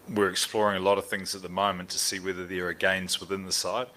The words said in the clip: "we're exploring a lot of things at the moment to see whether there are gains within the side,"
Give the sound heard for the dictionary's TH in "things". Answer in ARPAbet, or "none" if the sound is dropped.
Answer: TH